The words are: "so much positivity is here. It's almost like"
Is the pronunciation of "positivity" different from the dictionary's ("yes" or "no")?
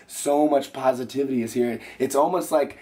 no